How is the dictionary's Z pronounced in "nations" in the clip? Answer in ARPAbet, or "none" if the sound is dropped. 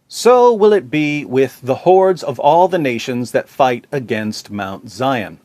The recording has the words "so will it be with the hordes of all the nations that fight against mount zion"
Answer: Z